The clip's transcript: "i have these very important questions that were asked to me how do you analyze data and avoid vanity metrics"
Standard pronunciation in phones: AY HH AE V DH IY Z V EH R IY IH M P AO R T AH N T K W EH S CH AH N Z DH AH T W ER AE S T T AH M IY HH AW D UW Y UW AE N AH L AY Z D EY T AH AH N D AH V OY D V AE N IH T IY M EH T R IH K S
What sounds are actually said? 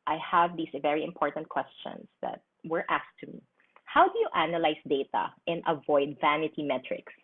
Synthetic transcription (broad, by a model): AY HH AE V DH IY S V EH R IY IH M P AO R T AH N T K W EH S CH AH N S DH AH T W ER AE S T T AH M IY HH AW D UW Y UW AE N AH L AY S D EY T AH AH N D AH V OY D V AE N IH T IY M EH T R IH K S